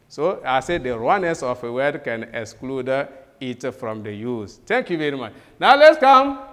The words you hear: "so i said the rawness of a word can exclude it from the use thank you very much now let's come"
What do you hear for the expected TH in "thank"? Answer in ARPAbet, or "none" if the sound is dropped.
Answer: T